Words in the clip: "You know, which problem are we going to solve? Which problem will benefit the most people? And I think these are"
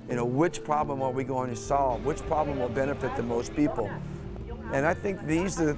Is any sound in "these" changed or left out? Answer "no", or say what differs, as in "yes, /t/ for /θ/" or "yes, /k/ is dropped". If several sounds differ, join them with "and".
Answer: no